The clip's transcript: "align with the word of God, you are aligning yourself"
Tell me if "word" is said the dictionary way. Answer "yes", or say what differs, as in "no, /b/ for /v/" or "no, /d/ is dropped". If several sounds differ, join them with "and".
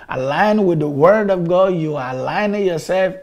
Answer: yes